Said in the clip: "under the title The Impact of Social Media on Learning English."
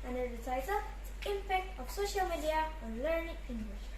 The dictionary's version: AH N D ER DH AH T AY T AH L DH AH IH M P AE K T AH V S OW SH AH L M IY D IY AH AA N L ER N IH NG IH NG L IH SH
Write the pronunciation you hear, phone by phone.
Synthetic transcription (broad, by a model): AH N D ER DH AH T AY T AH L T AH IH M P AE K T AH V S OW SH AH L M IY D IY AH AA N L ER N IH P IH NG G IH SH